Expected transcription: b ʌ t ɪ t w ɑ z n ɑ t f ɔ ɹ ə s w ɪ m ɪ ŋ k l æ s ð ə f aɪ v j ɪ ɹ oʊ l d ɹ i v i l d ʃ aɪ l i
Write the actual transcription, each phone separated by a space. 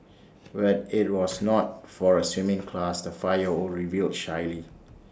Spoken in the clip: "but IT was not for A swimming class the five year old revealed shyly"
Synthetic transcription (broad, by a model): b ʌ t ɪ t w ɑ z n ɑ t f ɔ ɹ ə s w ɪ m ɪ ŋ k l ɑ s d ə f aɪ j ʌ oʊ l ɹ i v i l d ʃ aɪ l i